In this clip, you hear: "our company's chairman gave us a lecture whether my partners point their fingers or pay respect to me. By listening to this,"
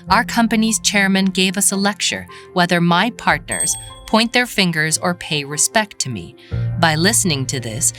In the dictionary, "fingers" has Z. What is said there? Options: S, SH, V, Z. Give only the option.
Z